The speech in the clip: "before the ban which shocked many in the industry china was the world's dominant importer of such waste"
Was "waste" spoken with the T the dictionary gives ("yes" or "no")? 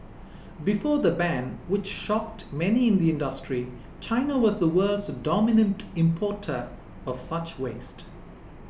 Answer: yes